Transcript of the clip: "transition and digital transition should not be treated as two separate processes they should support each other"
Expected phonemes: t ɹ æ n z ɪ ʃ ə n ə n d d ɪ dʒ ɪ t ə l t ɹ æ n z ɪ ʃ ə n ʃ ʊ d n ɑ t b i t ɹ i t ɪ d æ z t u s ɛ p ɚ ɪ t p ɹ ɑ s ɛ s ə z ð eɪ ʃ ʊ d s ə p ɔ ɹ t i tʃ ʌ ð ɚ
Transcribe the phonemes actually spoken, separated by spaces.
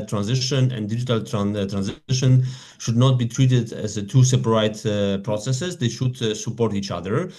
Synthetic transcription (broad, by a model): t ɹ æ n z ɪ ʃ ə n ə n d d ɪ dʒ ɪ t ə l t ɹ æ n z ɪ ʃ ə n ʃ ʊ d n ɑ t b i t ɹ i t ɪ d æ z t u s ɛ p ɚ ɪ t p ɹ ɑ s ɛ s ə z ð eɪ ʃ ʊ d s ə p ɔ ɹ t i tʃ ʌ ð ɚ